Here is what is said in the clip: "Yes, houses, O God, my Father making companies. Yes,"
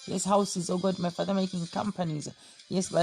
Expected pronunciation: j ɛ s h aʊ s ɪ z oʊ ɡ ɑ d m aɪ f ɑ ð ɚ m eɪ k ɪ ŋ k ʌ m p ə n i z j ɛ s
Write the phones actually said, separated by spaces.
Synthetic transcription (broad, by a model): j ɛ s h aʊ s ɪ z oʊ ɡ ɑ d m aɪ f ɑ ð ɚ m eɪ k ɪ ŋ k ʌ m p ə n i z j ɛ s